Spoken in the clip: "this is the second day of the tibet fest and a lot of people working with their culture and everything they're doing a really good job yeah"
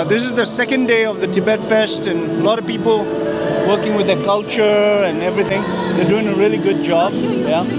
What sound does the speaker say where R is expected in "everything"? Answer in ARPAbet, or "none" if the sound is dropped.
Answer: R